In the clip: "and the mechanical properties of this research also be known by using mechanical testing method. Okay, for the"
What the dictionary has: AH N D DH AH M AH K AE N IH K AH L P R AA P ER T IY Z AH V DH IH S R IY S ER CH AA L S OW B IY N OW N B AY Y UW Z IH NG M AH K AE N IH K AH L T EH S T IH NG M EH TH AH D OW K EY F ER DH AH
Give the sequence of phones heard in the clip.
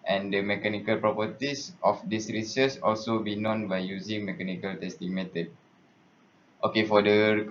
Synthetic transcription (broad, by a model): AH N D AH M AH K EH N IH K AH L P R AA P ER T IY S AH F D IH S R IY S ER S AA L S OW B IY N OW N B AY Y UW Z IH NG M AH K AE N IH K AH L T EH S T IH NG M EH T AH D OW K EY F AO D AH